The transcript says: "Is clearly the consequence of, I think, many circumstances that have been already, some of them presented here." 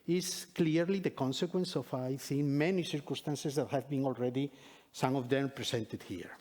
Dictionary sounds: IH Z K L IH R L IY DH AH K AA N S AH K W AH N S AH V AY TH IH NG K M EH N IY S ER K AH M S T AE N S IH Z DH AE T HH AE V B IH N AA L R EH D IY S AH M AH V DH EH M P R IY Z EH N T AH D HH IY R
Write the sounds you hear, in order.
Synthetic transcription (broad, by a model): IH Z K L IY R L IY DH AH K AA N S AH K W AH N S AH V AY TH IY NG M EH N IY S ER K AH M S T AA N S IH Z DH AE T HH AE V B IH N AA L R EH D IY S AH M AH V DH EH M P R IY S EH N T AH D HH IY R